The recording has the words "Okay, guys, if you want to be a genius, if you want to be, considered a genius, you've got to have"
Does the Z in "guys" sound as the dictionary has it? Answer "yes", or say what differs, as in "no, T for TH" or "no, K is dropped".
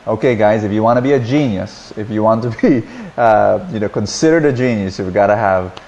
yes